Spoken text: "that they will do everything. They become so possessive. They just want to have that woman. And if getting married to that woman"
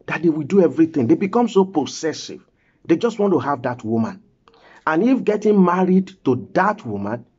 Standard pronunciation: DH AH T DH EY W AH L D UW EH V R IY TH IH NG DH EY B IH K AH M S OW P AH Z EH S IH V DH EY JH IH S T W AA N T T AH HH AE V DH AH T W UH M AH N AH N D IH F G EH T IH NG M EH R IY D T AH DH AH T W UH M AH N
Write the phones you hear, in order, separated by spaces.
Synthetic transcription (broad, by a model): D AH T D EY W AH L D UW EH V R IY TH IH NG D EY B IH K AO M S OW P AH S EH S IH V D EY JH IH S T W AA N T T AH HH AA V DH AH T W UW M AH N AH N IH F G EH T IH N M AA R IY D T AH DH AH T W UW M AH N